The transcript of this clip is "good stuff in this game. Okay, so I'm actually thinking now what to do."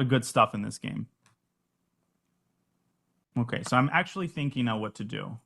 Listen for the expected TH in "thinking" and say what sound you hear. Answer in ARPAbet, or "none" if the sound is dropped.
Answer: TH